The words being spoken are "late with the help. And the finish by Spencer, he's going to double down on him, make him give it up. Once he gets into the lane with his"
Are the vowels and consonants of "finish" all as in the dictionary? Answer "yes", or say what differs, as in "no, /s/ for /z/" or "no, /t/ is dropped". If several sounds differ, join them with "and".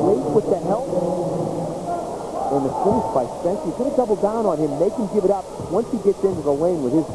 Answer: no, /s/ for /ʃ/